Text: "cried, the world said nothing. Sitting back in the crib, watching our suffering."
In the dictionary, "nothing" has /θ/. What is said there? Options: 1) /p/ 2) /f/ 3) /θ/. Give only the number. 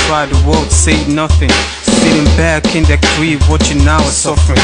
3